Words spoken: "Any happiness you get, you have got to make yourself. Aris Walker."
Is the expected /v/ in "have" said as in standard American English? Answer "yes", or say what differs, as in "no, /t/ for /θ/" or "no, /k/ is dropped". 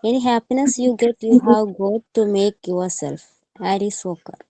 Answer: no, /w/ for /v/